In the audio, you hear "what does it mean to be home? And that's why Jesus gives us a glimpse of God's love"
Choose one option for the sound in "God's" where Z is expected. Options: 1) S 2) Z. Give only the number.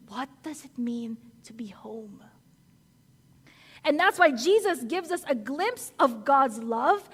2